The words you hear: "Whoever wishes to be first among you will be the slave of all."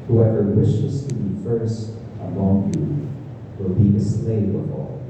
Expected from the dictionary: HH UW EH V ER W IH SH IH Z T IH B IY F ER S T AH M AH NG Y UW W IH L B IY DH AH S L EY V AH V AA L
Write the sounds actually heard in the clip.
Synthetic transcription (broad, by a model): HH UW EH V ER W IH SH IH Z T IH B IY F ER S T AH M AH NG Y UW W IH L B IY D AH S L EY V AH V AA L